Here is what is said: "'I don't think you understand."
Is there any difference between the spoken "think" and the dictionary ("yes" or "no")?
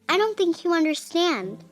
no